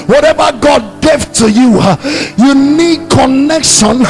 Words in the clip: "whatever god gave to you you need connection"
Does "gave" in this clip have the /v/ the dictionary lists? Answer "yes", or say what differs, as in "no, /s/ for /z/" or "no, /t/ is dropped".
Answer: no, /f/ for /v/